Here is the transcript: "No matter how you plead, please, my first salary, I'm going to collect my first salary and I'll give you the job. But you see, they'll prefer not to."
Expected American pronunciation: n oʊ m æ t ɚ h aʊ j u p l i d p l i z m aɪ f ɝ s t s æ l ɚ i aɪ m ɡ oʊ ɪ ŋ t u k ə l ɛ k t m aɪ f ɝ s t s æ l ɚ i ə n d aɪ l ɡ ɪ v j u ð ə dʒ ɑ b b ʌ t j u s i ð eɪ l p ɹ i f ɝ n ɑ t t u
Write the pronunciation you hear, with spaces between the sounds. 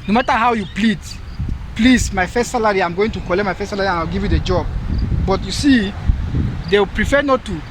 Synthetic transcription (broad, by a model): n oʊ m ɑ t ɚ h aʊ j u p l i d p l i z m aɪ f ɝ s t s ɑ l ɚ i aɪ m ɡ oʊ ɪ ŋ t u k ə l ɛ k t m aɪ f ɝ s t s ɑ l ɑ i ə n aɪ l ɡ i v j u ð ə dʒ ɑ b b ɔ t j u s i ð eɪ w p ɹ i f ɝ n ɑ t t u